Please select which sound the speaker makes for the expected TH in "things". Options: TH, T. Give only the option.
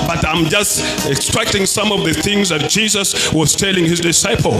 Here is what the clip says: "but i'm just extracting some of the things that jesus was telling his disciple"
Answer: TH